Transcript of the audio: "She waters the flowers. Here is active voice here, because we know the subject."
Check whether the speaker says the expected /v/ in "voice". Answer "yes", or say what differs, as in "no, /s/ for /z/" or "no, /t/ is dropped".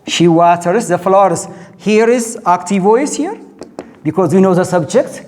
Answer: yes